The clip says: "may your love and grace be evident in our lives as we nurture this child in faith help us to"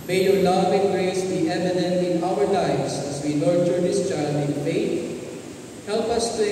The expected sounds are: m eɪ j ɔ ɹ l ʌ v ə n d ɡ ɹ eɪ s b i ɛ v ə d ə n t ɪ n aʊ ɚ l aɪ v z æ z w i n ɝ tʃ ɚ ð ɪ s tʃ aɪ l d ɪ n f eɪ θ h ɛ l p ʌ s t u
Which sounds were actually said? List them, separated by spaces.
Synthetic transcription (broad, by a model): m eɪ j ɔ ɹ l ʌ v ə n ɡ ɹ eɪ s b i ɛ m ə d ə n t ɪ n aʊ ɚ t aɪ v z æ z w i l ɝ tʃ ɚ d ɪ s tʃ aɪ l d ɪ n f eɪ t h ɛ l p ʌ s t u